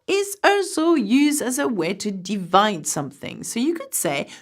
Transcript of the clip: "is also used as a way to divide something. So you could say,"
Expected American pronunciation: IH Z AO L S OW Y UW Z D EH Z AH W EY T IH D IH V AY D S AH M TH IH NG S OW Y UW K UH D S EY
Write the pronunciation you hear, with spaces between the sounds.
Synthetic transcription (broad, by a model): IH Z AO S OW Y UW Z D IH Z AH W EY T IH D IH V AY D S AH M TH IH NG S OW Y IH K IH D S EY